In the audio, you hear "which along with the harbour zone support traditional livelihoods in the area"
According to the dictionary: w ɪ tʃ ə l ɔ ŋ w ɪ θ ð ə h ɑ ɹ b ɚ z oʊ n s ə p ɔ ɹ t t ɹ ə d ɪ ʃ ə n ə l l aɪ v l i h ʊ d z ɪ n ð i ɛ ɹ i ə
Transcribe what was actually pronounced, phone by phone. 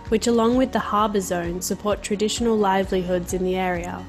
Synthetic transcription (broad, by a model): w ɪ tʃ ə l ɔ ŋ w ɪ ð ə h ɑ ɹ b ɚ z oʊ n s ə p ɔ ɹ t t ɹ ə d ɪ ʃ ə n ə l l aɪ v l i h ʊ d z ɪ n ð i ɛ ɹ i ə